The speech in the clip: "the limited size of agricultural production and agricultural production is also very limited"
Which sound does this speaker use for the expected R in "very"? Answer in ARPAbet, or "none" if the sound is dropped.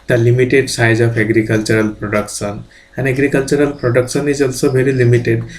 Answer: L